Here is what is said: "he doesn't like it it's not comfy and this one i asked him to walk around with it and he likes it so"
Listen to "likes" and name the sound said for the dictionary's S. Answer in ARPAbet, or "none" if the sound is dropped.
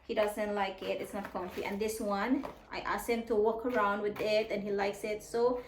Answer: S